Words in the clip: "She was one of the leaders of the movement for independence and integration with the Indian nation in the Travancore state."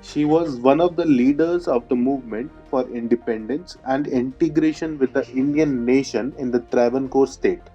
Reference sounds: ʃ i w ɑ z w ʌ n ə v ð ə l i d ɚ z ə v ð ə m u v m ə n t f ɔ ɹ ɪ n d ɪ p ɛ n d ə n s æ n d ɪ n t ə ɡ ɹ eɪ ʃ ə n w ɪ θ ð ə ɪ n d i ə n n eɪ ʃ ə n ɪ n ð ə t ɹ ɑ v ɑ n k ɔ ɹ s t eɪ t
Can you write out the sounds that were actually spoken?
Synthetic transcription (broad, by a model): ʃ i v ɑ z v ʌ n ə v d ə l i d ɚ z ə v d ə m u v m ə n t f ɔ ɹ ɪ n d ɪ p ɛ n d ə n s æ n d ɪ n t ə ɡ ɹ eɪ ʃ ə n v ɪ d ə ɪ n d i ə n n eɪ ʃ ə n ɪ n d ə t ɹ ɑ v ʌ n k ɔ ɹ s t eɪ t